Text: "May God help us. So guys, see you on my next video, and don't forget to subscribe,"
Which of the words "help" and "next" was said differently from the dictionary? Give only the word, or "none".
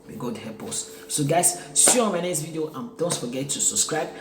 help